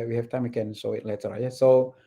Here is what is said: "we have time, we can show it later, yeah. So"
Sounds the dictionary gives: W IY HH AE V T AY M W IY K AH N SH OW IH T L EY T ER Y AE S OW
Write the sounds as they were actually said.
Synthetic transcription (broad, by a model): W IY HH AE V T AY M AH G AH N S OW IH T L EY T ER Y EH S OW